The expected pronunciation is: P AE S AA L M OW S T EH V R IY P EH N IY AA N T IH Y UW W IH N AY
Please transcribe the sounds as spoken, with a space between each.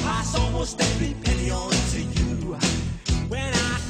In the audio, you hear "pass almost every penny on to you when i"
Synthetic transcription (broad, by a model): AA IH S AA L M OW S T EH R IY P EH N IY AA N T IH Y UW W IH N AY